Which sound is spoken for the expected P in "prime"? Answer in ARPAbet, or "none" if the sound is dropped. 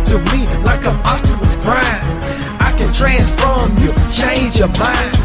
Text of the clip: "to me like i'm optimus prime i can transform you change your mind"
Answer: B